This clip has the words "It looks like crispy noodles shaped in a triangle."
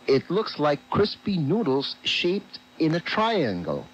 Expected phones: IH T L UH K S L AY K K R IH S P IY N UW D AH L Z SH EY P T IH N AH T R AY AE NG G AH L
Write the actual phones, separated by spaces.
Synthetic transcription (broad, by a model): IH T L UH K S L AY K K R IH S P IY N UW D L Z SH EY P T IH N AH T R AY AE NG G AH L